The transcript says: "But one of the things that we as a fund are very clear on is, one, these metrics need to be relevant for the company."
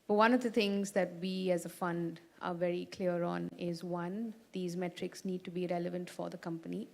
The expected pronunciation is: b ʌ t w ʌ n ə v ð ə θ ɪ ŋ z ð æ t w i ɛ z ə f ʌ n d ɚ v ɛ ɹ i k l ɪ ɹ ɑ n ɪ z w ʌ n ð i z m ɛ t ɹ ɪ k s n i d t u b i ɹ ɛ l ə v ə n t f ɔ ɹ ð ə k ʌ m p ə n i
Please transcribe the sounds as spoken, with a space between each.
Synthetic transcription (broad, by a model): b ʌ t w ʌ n ə v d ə t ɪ ŋ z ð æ t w i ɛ z ə f ʌ n d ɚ v ɛ ɹ i k l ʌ ɹ ɑ n ɪ z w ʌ n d i z m ɛ t ɹ ɪ k s n i d t u b i ɹ ɛ l ə v ə n t f ɔ ɹ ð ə k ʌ m p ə n i